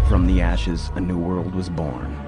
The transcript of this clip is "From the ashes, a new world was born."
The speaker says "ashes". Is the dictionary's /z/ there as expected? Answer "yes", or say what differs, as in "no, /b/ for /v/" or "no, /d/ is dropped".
yes